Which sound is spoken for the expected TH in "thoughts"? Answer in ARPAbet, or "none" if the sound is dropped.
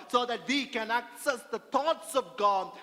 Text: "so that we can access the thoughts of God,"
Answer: T